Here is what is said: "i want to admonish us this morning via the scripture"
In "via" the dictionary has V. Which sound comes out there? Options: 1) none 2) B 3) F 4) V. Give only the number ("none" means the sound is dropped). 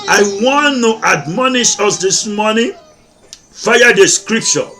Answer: 3